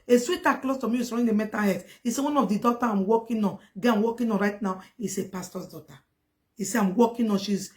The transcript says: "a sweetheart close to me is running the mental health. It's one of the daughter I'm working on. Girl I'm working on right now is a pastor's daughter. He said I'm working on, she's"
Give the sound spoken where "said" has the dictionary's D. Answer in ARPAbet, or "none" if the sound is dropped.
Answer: none